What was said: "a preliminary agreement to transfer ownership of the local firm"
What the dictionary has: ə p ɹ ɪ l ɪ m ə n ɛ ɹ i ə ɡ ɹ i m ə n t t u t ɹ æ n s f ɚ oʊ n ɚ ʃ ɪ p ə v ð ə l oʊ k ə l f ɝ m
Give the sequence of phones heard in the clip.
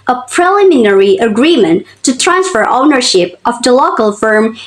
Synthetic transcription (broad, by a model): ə p ɹ ɪ l ɪ m ə n ɛ ɹ i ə ɡ ɹ i m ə n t t u t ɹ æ n s f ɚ oʊ n ɚ ʃ ɪ p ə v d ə l oʊ k ə l f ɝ m